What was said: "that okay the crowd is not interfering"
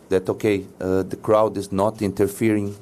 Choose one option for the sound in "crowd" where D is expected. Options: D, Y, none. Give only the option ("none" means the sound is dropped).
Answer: D